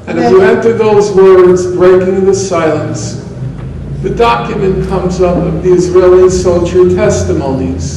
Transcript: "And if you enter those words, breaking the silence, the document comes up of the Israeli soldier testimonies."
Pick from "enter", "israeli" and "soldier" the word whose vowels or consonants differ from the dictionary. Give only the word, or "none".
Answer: soldier